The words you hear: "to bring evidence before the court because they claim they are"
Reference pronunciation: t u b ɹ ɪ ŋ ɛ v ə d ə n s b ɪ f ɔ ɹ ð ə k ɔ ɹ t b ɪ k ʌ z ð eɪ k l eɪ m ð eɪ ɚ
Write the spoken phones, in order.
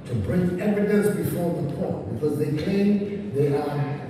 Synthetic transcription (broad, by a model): t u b ɹ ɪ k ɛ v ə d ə s b ɪ f ɔ ɹ ð ə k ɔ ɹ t b ɪ k ʌ z ð eɪ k eɪ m ð eɪ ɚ